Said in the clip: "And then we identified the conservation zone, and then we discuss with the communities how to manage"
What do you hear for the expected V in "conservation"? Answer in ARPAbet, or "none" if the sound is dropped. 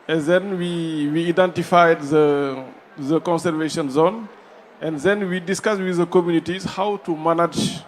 V